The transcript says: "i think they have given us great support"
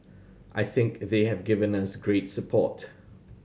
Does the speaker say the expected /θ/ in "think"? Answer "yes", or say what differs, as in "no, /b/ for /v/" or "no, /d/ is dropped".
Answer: yes